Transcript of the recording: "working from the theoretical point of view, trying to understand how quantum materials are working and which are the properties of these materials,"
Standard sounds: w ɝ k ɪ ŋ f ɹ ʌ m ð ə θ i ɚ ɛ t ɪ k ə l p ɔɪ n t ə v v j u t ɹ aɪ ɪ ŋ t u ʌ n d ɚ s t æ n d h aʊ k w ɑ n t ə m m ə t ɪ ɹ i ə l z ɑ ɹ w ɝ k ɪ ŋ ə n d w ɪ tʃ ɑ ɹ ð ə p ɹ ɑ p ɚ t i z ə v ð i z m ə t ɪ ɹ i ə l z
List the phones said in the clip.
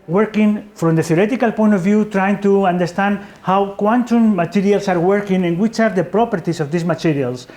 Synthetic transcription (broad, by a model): w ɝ k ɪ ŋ f ɹ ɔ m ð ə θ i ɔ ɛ t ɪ k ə l p ɔɪ n t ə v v j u t ɹ aɪ ɪ ŋ t u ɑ n d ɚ s t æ n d h aʊ k w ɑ n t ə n m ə t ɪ ɹ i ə l s ɑ ɹ w ɝ k ɪ ŋ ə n w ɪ tʃ ɑ ɹ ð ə p ɹ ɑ p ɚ t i s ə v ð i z m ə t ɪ ɹ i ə l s